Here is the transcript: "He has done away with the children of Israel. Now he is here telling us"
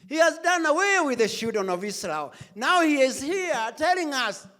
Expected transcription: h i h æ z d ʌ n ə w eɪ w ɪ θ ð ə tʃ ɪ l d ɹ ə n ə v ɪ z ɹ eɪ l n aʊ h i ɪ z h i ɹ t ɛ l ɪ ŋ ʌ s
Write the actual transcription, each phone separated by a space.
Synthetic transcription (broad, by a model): h i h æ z d ʌ n ə w eɪ w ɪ ð ə ʃ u d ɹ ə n ə v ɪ s ɹ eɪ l n aʊ h i ɪ z h i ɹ t ɛ l ɪ ŋ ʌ s